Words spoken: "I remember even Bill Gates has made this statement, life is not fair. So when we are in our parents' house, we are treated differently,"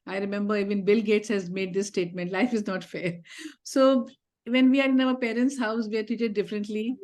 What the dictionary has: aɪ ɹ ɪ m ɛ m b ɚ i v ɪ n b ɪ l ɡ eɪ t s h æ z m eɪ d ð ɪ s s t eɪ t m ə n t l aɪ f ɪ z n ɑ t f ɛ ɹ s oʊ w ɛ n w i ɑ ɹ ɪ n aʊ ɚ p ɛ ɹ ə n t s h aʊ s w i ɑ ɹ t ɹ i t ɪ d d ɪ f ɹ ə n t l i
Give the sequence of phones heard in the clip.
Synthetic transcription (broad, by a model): aɪ ɹ ɪ m ɛ m b ɚ i v ɪ n b ɪ l ɡ eɪ t s h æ z m eɪ d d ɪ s s t eɪ t m ə n t l aɪ f ɪ z n ɑ t f ɛ ɹ s oʊ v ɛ n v i ɑ ɹ ɪ n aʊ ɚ p ɛ ɹ ə n t s h aʊ s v i ɑ ɹ t i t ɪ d d ɪ f ɹ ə n t l i